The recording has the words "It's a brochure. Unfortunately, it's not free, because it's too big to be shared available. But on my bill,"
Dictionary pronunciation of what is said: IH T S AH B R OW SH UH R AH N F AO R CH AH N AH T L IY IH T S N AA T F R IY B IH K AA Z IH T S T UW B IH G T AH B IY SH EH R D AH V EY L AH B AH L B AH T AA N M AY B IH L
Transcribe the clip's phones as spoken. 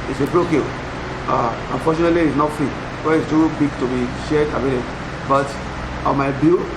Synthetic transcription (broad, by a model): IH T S AH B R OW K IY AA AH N F AO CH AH N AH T L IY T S N AA T F R IY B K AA IH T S T UW B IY G T AH B IY SH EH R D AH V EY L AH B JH B AH T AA M AY B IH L